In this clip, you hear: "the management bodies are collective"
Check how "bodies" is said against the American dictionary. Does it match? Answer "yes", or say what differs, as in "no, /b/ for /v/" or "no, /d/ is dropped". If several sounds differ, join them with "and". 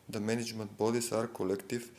no, /s/ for /z/